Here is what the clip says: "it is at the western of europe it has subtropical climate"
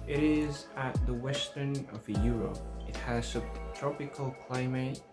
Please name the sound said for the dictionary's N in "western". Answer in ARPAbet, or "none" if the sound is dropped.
N